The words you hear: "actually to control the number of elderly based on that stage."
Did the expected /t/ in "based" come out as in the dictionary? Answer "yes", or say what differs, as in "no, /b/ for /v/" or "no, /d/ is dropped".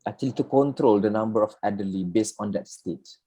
yes